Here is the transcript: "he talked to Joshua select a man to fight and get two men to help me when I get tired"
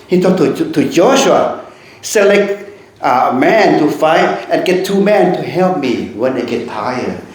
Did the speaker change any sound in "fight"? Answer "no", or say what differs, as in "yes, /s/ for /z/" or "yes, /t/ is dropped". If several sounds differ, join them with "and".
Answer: no